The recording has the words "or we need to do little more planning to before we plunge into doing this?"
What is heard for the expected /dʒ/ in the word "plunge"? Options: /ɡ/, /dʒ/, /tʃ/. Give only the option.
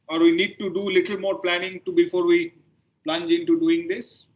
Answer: /dʒ/